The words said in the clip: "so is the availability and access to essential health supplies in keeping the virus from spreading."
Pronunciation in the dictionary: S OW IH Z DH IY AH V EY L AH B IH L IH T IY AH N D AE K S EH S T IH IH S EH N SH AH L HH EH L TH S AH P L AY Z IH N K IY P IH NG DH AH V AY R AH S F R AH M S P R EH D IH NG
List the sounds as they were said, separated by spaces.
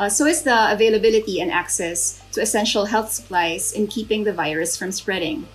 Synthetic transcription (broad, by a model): S OW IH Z DH IY AH V EY L AH B IH L IH T IY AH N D AE K S EH S T IH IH S EH N SH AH L HH EH L TH S AH P L AY Z IH N K IY P IH NG DH AH V AY R AH S F R AH M S P R EH D IH NG